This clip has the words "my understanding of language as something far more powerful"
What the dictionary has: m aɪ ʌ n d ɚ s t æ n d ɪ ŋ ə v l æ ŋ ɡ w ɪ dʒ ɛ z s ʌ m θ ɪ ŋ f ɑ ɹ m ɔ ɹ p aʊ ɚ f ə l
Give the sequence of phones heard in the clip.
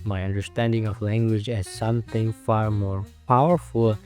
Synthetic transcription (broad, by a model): m aɪ ʌ n d ɚ s t æ n d ɪ ŋ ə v l æ ŋ ɡ w ɪ dʒ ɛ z s ʌ m θ ɪ ŋ f ɑ ɹ m ɔ ɹ p aʊ ɚ f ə l